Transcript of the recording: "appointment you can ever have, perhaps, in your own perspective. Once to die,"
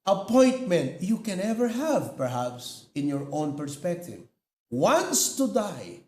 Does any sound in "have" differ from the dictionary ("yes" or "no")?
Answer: no